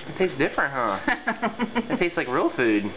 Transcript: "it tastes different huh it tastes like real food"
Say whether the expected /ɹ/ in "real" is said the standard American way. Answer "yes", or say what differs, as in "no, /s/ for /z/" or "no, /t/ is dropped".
yes